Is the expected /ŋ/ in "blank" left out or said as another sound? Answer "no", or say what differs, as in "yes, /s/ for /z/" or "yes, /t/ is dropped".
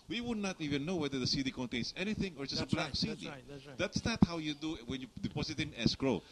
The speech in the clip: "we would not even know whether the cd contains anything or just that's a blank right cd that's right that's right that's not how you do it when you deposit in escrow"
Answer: yes, /ŋ/ is dropped